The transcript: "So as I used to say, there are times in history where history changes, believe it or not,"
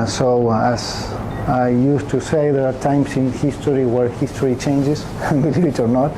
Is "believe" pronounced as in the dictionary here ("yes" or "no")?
no